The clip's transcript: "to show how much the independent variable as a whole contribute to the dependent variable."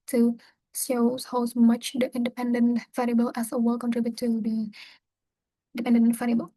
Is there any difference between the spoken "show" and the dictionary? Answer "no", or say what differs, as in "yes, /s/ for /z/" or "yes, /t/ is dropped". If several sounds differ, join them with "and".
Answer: yes, /s/ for /ʃ/